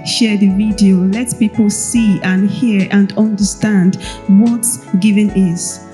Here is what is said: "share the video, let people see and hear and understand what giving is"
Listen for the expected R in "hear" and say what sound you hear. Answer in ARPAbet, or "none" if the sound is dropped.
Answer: R